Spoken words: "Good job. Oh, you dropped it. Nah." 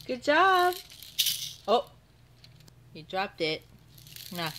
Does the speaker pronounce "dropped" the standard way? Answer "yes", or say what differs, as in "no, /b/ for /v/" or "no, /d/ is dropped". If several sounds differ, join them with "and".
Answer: yes